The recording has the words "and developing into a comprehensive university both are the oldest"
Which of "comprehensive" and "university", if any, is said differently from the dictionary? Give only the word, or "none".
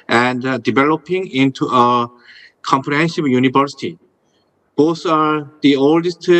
comprehensive